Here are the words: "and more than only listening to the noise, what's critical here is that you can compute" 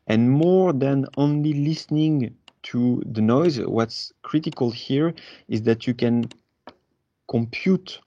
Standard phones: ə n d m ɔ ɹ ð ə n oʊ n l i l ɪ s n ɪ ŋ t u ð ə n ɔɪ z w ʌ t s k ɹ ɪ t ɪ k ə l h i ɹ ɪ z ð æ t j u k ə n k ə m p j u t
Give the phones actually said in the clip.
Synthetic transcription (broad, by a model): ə n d m ɔ ɹ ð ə n oʊ n l i l ɪ s n ɪ ŋ t u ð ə n ɔɪ z w ʌ t s k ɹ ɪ t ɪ k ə l h i ɹ ɪ z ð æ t j u k ə n k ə m p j u t